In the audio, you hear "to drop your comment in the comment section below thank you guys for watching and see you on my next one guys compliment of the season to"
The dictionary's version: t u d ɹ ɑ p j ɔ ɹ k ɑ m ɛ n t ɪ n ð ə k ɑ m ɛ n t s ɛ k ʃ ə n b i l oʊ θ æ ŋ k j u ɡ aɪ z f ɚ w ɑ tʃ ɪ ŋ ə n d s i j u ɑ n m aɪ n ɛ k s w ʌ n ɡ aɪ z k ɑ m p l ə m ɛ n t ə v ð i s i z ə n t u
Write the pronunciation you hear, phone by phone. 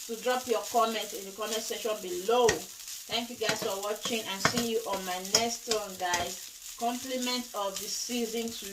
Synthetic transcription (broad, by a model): t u d ɹ ɑ p j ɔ k ɑ m ɛ n t ɪ n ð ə k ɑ m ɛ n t s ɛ ʃ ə n b i l oʊ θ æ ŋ k j u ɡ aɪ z f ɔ w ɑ tʃ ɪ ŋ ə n s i j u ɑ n m aɪ n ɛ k s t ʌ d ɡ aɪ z k ɑ m p l ə m ɛ n t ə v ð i s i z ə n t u